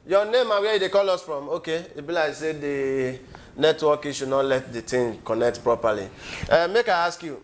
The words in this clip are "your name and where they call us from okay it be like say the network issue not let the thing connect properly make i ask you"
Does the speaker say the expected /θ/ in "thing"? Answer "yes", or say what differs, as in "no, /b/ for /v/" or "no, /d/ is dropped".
no, /t/ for /θ/